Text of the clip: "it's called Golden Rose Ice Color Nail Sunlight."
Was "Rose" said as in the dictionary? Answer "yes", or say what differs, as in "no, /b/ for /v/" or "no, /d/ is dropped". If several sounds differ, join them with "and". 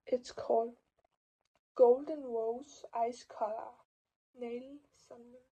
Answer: no, /w/ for /ɹ/ and /s/ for /z/